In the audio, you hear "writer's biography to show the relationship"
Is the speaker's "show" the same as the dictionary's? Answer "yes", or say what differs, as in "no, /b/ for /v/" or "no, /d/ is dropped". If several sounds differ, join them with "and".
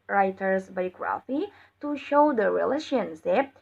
yes